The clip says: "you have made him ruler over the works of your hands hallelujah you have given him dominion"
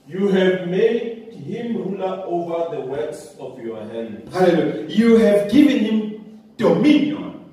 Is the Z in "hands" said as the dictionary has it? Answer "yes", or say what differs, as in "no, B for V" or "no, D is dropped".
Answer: no, Z is dropped